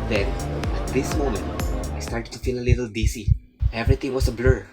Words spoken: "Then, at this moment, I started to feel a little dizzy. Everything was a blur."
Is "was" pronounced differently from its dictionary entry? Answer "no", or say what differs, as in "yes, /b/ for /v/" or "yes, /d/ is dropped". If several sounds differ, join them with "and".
yes, /s/ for /z/